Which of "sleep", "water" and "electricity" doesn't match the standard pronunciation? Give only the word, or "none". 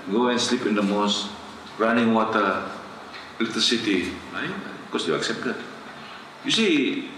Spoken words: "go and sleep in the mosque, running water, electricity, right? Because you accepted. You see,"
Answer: electricity